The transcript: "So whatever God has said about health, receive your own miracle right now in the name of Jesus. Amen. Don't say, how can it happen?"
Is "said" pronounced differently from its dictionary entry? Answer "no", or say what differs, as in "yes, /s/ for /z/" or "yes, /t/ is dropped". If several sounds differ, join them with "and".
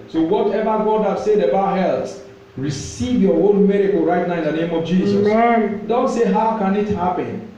no